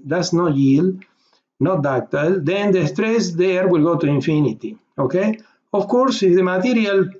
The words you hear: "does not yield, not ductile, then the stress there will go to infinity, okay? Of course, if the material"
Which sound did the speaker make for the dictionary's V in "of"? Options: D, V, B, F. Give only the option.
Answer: F